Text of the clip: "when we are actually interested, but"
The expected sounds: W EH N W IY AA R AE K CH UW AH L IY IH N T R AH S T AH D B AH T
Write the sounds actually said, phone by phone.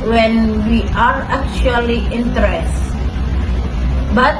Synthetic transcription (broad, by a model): W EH N W IY AA R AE K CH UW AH L IY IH N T AH T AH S B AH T